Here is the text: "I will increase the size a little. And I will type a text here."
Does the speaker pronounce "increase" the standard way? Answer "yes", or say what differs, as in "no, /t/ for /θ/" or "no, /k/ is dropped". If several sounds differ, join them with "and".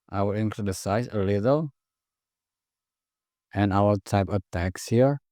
no, /l/ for /ɹ/